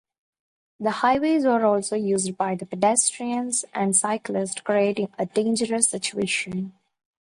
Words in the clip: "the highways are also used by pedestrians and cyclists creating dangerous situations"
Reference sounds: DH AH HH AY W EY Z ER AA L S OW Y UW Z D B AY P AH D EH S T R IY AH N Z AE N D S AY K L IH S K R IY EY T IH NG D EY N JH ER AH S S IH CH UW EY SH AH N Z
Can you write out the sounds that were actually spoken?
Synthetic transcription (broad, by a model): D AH HH AY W EY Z ER AA L S OW Y UW Z D B AY P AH D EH S T R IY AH N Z AE N D S AY K L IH S K R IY EY T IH NG D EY N JH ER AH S S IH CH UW EY SH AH N